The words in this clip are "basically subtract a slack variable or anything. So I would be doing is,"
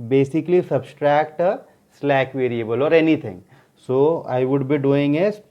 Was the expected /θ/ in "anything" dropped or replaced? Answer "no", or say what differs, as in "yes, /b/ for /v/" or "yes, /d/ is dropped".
yes, /t/ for /θ/